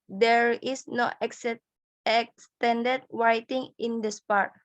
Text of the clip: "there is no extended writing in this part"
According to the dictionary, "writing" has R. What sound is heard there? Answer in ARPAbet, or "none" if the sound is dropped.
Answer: W